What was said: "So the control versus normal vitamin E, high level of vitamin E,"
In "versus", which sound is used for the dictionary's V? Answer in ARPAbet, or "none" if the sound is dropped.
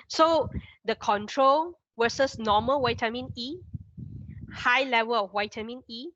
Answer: W